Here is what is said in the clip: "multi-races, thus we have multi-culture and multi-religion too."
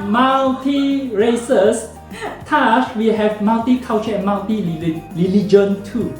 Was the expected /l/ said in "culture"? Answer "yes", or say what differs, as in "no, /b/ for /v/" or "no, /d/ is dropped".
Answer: no, /w/ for /l/